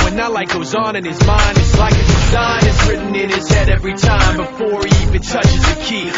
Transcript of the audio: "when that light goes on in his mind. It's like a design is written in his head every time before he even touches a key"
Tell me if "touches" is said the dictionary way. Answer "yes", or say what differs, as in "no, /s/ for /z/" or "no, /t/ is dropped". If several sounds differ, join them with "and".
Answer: yes